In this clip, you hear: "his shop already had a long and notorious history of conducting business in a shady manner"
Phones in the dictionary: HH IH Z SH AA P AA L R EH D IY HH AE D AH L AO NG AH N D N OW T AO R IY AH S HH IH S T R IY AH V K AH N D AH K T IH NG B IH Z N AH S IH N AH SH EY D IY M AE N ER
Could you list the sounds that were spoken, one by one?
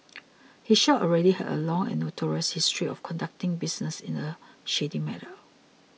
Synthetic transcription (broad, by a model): HH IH SH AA AA L R EH D IY HH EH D AH L AO NG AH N N OW T AO R IY AH S HH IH S T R IY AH F K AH N D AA K T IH NG B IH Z N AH S IH N AH SH EY D IY M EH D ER